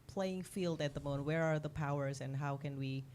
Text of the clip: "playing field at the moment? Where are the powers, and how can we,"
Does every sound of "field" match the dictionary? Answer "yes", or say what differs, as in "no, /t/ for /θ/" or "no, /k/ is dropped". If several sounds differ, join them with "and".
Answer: yes